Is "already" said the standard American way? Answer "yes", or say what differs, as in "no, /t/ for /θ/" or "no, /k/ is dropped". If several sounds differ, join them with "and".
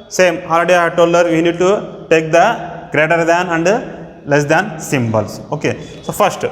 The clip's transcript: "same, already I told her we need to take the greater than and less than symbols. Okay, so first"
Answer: no, /l/ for /ɹ/